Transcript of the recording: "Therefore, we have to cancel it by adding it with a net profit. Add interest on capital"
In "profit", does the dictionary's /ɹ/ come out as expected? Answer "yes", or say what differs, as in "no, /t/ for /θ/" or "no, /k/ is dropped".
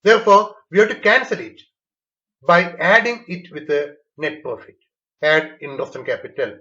no, /ɹ/ is dropped